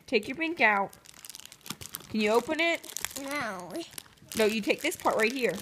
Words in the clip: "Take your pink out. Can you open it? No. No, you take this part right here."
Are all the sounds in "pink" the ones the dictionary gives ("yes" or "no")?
no